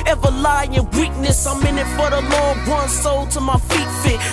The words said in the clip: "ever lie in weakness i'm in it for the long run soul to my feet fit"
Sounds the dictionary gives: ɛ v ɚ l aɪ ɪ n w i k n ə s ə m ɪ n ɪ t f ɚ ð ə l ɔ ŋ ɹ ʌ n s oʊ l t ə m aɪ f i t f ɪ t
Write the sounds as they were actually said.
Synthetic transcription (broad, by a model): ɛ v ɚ l aɪ ɪ n w i k n ə s ə m ɪ n ɪ t f ɚ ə l ɔ ŋ w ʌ n s oʊ l t ə m aɪ f i t f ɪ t